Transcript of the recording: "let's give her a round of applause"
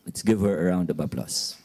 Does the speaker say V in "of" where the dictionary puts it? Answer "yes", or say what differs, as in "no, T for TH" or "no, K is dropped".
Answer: no, B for V